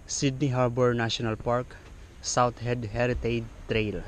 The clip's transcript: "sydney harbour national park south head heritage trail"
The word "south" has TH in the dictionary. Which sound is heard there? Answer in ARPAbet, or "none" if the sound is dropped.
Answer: T